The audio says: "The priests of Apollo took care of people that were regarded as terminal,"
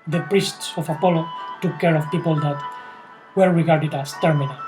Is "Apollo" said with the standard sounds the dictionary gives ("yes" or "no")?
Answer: yes